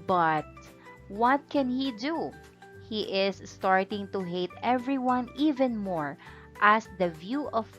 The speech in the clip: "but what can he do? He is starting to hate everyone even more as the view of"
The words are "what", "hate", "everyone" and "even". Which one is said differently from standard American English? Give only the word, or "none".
none